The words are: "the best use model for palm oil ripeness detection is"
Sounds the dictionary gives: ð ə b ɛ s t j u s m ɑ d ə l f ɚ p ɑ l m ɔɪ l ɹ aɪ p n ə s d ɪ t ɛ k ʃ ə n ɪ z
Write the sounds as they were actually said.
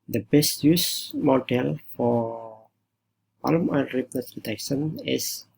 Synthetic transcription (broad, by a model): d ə b ɛ s t j u s m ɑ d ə l f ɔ p ɑ l m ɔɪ n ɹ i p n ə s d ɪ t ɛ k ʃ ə n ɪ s